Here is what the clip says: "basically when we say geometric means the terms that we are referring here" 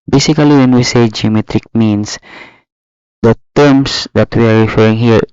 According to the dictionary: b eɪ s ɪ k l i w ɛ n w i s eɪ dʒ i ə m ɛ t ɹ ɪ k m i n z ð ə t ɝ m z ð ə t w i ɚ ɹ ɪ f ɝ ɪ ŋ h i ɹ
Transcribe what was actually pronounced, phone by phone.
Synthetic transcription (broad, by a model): b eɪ s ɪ k l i w ɛ n w i s eɪ dʒ i ə m ɛ t ɹ ɪ k m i n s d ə t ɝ m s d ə t w i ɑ ɹ ɪ f ɝ ɪ ŋ h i ɹ